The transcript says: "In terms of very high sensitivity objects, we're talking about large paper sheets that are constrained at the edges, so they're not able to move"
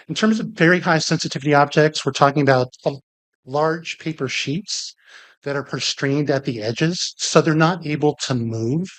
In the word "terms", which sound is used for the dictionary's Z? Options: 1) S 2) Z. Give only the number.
2